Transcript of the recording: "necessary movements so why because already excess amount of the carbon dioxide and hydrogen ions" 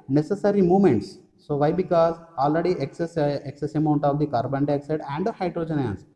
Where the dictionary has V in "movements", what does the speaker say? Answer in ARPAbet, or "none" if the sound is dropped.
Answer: none